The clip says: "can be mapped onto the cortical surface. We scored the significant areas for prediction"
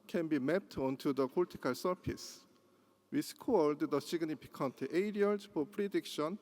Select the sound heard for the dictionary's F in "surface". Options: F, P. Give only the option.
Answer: P